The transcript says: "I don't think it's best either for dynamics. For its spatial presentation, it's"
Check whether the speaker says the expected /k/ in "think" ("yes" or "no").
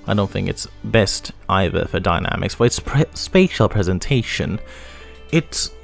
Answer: yes